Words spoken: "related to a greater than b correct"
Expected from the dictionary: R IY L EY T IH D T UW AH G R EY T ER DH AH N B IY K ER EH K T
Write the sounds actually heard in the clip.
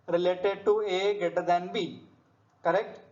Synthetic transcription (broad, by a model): R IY L EY T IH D T UW AH G EY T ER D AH N B IY K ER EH K T